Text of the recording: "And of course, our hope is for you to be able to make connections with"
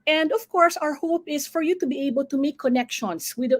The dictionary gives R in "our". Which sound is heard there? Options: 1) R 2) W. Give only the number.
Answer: 1